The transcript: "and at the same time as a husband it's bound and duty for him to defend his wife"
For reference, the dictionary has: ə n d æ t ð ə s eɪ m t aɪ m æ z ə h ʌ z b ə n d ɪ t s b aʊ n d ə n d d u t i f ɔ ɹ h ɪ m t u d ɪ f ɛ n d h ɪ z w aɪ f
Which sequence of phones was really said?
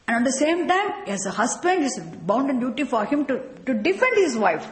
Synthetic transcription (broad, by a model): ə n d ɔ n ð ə s eɪ m t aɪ m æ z ə h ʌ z b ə n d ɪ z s b aʊ n d ə n d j u t i f ɔ ɹ h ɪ m t u d ɪ f ɛ n d h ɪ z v aɪ f